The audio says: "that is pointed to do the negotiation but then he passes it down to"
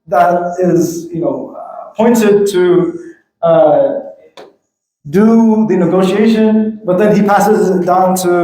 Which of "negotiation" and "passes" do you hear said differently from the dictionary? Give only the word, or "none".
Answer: none